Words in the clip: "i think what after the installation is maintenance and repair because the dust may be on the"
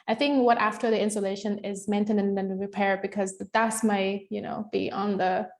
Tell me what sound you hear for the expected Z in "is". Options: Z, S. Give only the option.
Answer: Z